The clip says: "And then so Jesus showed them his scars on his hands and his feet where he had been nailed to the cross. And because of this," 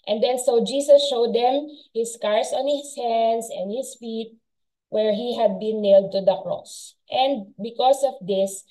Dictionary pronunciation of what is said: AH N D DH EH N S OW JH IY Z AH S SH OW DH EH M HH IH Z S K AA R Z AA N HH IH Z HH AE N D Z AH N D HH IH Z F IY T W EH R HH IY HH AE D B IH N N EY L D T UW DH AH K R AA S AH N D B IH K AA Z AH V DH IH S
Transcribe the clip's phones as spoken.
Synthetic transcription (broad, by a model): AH N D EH N S OW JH IY S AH S SH OW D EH M HH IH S K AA R S AA N HH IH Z HH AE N D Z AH N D HH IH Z F IY T W EH R HH IY HH AE D B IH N N EY L D T UW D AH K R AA S AH N D B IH K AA S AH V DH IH S